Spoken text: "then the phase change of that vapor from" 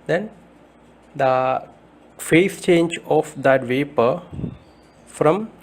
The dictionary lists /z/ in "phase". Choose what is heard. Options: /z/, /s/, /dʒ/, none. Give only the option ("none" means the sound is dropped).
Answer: /s/